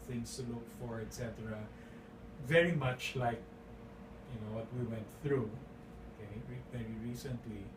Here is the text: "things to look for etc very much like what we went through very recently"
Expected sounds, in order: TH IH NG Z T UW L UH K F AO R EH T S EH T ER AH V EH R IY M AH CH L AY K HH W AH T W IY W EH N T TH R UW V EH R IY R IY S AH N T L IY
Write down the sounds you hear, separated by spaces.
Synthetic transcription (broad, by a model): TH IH NG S T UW L UH K F AO R EH T S EH T ER AH V EH R IY M AH CH L AY K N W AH T W IY W EH N T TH R UW V EH R IY R IY S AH N T L IY